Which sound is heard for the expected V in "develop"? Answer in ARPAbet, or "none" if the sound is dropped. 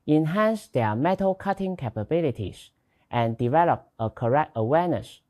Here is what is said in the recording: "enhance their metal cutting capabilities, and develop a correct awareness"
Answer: V